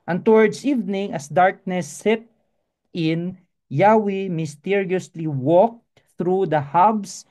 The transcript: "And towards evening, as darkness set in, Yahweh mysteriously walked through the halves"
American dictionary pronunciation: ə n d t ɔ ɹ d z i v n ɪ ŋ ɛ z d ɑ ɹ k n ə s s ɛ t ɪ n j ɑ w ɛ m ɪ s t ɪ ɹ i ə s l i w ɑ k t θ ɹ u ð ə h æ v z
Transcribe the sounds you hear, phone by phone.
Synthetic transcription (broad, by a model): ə n t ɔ ɹ d s i v n ɪ ŋ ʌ s d ɑ ɹ k n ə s s ɛ t ɪ n j ɑ w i m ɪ s t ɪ ɹ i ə s l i w ɑ k t θ ɹ u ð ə h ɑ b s